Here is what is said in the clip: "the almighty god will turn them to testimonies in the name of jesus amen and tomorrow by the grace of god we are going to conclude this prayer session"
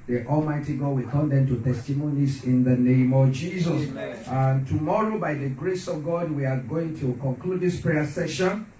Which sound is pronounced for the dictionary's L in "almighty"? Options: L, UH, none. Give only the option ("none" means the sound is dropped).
L